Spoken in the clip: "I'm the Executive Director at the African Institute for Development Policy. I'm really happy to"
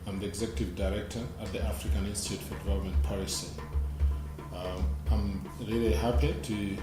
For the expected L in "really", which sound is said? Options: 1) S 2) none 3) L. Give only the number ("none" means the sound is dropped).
3